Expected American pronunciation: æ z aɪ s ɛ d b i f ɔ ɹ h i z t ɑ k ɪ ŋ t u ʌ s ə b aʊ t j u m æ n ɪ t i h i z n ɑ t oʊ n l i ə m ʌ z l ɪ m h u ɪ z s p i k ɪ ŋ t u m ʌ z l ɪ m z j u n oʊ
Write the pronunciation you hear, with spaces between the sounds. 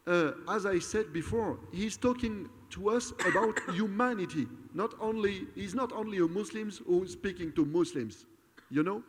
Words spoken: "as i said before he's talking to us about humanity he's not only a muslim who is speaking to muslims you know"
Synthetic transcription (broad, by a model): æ z aɪ s ɛ d b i f ɔ ɹ h i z t ɑ k ɪ ŋ t u ʌ s ə b aʊ t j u m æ n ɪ t i h i z n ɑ t oʊ n l i ə m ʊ s l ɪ m h u s p i k ɪ ŋ t u m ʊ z l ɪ m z j u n oʊ